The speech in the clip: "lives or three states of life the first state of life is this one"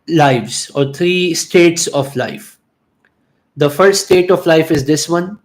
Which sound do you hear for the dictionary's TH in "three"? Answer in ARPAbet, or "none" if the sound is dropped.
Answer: T